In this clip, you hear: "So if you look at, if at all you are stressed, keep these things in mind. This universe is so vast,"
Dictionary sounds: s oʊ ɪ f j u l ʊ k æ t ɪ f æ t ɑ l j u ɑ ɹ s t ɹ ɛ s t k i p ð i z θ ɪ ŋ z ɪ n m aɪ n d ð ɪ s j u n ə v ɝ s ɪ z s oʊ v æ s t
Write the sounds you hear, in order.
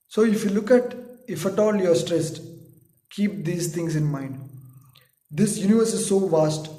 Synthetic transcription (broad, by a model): s oʊ ɪ f j u l ʊ k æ t ɪ f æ t ɑ l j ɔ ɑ ɹ s t ɹ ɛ s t k i p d i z t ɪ ŋ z ɪ n m aɪ n d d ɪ s j u n ə v ɝ s ɪ z s oʊ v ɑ s t